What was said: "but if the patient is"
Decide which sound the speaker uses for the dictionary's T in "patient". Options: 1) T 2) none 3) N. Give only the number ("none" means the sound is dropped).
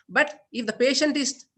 1